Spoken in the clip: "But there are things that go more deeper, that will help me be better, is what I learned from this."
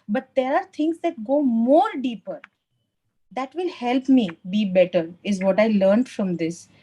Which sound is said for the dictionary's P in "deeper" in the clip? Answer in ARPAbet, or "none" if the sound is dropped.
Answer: P